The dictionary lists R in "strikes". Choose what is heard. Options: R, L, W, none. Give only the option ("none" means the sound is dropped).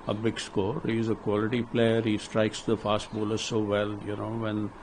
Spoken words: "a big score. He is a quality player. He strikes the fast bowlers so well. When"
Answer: R